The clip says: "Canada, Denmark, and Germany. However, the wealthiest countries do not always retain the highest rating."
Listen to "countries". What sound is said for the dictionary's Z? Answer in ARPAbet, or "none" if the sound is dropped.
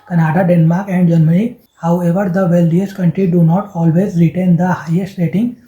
none